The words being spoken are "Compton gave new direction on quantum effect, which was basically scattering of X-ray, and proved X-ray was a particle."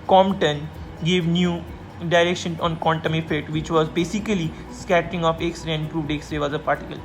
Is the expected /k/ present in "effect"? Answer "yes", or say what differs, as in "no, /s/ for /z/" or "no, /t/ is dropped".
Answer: no, /k/ is dropped